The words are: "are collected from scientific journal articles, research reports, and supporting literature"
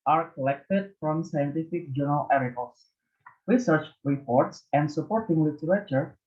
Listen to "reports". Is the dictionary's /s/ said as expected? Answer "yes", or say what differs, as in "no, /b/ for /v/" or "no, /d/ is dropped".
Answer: yes